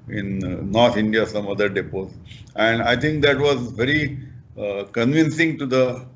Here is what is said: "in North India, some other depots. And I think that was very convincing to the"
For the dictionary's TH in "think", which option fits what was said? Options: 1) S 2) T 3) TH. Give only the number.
2